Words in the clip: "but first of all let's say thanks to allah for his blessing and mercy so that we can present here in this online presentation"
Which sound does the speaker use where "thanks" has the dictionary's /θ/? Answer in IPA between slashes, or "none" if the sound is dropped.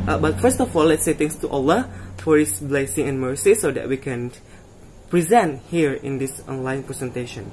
/t/